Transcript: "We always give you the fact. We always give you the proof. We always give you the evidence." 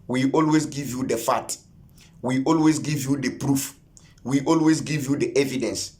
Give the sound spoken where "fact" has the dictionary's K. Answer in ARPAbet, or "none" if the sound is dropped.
none